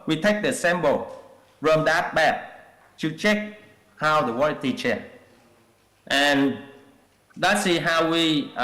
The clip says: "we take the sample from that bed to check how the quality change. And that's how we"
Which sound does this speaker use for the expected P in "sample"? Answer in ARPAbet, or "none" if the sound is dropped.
B